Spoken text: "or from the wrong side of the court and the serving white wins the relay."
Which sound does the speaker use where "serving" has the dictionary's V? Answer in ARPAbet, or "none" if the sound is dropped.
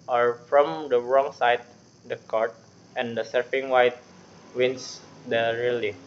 F